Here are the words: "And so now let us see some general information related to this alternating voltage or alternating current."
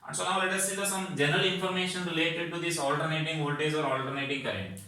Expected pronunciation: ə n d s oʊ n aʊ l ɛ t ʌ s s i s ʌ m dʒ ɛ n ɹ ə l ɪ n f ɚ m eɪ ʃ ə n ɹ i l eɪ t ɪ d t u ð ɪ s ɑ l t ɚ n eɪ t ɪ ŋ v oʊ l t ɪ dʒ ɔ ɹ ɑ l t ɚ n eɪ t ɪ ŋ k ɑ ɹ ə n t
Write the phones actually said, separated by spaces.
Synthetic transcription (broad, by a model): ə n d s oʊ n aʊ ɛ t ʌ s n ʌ s ʌ m dʒ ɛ n ɹ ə l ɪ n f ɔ m eɪ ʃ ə n ɹ i l eɪ t ɪ d t u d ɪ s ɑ l t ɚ n eɪ t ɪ ŋ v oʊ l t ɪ z ɔ ɹ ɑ l t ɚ n eɪ t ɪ ŋ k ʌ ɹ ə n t